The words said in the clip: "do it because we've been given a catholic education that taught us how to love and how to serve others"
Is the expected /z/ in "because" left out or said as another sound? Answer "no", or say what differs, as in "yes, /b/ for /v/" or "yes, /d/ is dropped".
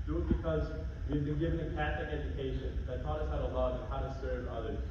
no